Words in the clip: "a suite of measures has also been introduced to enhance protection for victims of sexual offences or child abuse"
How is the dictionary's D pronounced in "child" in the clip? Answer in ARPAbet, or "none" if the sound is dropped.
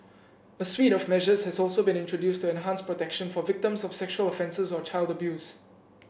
D